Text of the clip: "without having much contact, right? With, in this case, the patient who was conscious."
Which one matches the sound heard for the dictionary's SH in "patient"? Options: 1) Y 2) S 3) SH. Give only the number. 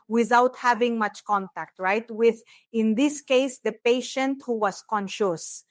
3